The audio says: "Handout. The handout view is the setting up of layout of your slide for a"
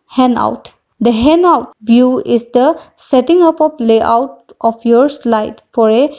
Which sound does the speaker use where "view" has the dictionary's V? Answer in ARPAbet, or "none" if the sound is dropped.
B